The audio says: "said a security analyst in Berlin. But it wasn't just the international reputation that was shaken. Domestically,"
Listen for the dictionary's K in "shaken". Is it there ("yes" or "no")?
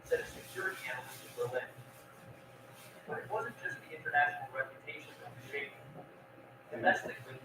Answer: no